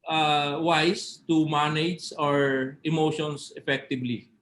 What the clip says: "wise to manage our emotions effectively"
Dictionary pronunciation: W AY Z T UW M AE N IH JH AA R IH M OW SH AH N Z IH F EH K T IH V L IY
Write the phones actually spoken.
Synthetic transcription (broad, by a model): W AY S T UW M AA N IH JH AA R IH M OW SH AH N S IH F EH K T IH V L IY